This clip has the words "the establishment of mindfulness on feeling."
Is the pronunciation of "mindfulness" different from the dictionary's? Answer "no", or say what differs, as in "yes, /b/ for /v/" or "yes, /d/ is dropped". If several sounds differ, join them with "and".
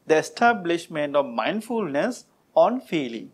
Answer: no